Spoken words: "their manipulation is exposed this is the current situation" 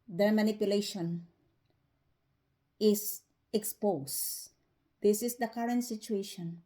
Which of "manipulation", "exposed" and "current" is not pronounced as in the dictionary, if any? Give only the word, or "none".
exposed